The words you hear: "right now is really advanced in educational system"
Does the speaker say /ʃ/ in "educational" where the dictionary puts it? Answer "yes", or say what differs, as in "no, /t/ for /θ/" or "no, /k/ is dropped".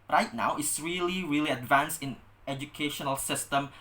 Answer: yes